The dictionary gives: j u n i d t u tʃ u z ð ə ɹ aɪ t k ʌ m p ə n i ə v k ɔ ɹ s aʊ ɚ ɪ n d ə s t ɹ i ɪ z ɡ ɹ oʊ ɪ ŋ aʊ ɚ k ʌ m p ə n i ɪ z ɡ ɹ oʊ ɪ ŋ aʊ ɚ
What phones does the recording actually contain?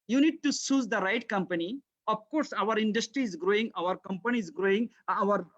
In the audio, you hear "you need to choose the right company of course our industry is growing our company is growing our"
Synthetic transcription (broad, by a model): j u n i d t u s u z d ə ɹ aɪ t k ʌ m p ə n i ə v k ɔ ɹ s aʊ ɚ ɪ n d ə s t ɹ i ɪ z ɡ ɹ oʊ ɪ ŋ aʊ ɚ k ʌ m p ə n i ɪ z ɡ ɹ oʊ ɪ ŋ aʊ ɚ